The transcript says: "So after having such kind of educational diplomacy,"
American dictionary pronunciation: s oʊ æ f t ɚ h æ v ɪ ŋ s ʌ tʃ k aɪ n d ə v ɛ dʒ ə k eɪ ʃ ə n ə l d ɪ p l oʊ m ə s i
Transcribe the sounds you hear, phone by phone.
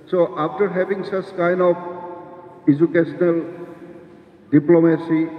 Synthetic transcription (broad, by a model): s oʊ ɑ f t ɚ h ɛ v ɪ ŋ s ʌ s k aɪ n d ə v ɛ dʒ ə k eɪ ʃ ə n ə l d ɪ p l oʊ m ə s i